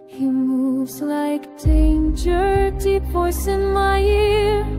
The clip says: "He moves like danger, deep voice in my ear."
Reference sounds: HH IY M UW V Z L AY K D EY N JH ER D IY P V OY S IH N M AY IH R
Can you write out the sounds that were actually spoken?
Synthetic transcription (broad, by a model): HH IY M UW V Z L AY K D EY N JH ER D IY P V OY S IH N M AY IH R